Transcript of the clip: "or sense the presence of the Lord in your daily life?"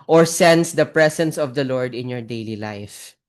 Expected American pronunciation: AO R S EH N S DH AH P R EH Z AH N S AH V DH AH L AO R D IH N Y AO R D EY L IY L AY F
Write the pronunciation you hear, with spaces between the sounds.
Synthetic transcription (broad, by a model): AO R S EH N S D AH P R EH S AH N S AH V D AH L AO R D IH N Y AO R D EY L IY L AY F